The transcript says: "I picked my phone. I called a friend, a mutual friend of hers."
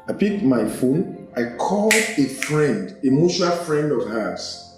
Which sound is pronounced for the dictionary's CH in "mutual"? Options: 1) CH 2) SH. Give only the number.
2